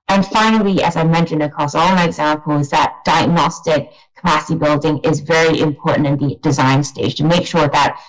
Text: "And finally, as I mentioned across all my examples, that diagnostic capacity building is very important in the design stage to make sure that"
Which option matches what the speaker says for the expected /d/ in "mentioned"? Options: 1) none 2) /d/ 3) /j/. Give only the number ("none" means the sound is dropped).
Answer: 2